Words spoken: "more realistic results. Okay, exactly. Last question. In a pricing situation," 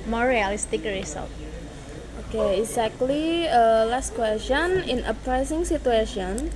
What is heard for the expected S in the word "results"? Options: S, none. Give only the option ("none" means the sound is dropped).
none